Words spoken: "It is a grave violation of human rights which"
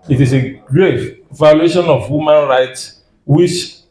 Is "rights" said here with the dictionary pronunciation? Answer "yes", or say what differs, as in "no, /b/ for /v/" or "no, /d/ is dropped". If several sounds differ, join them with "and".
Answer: yes